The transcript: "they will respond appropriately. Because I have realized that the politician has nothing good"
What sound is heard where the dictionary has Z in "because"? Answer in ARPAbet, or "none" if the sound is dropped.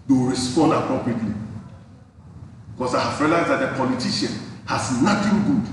S